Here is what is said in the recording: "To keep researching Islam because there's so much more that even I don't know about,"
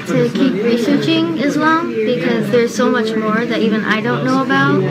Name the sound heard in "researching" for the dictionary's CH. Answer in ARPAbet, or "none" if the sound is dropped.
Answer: CH